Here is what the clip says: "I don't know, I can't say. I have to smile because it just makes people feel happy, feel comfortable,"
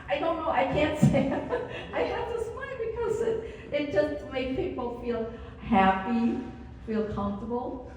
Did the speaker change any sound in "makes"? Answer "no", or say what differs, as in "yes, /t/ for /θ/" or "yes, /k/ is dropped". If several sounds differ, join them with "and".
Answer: yes, /s/ is dropped